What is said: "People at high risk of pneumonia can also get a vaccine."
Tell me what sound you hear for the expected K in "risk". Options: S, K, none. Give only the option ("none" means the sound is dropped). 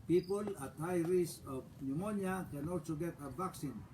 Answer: none